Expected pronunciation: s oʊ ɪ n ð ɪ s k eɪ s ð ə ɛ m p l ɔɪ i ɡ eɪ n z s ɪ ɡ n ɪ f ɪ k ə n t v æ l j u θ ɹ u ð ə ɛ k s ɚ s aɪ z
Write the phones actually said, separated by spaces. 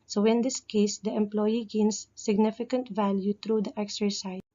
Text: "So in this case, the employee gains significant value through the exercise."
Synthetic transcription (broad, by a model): s oʊ ɪ n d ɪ s k eɪ s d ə ɛ m p l ɔɪ i ɡ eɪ n s ɪ ɡ n ɪ f ɪ k ə n t v æ l j u t ɹ u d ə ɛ k s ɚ s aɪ